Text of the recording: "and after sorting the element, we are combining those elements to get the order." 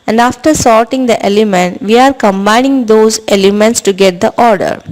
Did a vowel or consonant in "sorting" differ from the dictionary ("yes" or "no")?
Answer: no